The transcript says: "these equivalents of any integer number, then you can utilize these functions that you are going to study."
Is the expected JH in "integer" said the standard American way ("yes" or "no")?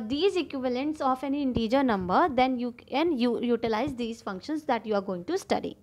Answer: yes